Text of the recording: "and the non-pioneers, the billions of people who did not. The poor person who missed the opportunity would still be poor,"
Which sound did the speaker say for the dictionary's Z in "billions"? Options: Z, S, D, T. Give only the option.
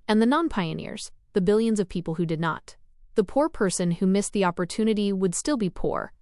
Z